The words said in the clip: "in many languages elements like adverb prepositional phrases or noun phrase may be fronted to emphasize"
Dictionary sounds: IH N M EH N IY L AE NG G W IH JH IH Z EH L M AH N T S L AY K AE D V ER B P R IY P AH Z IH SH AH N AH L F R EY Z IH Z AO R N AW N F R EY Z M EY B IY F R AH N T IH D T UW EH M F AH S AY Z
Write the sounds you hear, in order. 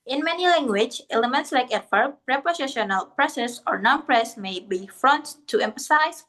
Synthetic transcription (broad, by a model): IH N M EH N IY L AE NG G W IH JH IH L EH M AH N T S L AY K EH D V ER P R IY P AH S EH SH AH N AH L P R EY S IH S AO R N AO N P R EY S M EY B IY F R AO N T T UW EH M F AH S AY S